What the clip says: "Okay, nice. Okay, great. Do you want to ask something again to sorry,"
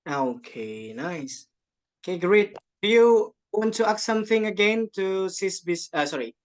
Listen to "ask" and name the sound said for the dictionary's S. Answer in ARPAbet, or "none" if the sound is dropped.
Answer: none